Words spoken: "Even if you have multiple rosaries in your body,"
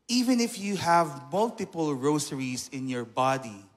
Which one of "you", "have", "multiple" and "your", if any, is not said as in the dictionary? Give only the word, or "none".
none